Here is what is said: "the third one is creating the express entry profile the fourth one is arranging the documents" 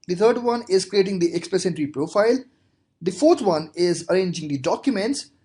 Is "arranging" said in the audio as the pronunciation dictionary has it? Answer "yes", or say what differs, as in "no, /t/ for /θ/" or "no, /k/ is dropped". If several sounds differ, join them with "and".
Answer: yes